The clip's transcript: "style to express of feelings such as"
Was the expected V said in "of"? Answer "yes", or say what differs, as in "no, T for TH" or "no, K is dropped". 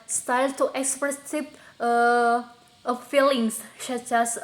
no, P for V